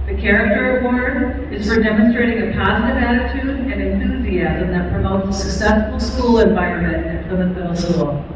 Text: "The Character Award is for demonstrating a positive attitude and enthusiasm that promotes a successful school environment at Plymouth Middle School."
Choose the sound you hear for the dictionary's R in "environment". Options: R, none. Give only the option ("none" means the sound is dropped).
none